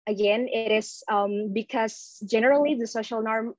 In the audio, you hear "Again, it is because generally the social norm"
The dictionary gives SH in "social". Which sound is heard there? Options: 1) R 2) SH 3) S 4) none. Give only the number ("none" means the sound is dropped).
2